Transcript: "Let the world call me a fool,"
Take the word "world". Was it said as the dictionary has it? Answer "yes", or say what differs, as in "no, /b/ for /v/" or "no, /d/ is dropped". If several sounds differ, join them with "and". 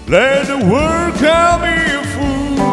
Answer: no, /l/ is dropped